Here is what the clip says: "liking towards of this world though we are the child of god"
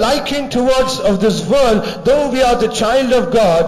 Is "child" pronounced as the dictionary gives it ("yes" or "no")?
yes